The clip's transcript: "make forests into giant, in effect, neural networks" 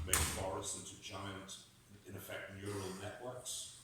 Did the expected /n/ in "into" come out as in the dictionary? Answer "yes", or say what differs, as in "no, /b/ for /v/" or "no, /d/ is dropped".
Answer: yes